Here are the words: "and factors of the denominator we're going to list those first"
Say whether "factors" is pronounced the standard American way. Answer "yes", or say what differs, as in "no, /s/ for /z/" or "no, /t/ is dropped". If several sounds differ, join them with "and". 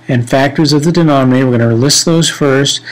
yes